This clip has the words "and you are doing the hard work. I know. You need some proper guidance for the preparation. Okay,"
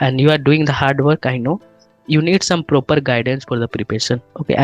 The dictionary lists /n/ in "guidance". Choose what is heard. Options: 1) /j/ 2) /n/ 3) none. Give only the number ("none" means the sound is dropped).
2